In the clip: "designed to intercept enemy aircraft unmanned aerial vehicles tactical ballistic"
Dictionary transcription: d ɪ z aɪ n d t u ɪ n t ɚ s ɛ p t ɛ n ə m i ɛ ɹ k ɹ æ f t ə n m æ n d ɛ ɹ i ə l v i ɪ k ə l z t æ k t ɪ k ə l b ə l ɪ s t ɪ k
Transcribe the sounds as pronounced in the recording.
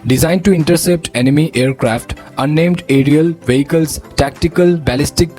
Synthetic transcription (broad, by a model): d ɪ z aɪ n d t u ɪ n t ɚ s ɛ p t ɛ n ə m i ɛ ɹ k ɹ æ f t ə n ɛ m d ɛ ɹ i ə l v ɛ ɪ k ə l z t æ k t ɪ k ə l b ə l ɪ s t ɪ k